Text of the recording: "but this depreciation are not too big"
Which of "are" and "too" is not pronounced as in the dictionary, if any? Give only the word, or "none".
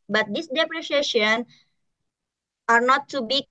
none